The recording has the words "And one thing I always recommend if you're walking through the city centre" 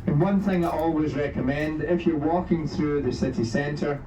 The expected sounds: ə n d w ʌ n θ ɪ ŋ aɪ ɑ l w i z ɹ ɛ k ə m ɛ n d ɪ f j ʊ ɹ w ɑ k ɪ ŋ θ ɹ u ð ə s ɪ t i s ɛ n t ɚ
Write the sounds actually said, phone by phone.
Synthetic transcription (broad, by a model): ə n w ʌ n θ ɪ ŋ aɪ ɑ l w i z ɹ ɛ k ə m ɛ n d ɪ f j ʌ ɹ w ɑ k ɪ ŋ θ ɹ u ð ə s ɪ t i s ɛ n t ɚ